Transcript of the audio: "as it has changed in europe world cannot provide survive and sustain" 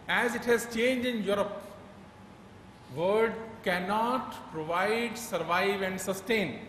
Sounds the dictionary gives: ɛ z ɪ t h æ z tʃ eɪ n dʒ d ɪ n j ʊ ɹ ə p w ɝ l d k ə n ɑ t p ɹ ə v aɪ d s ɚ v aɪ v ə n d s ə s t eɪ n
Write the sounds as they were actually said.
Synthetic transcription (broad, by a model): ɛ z ɪ t h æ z tʃ eɪ n dʒ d ɪ n j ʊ ɹ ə p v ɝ d k ə n ɑ t p ɹ ə v aɪ d s ɚ v aɪ v ə n d s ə s t eɪ n